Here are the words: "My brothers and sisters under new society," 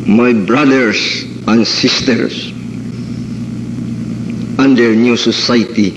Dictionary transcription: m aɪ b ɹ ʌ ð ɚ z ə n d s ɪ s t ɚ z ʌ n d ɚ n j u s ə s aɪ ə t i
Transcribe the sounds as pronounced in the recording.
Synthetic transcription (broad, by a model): m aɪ b ɹ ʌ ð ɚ s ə n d s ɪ s t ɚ s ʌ n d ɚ n j u s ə s aɪ t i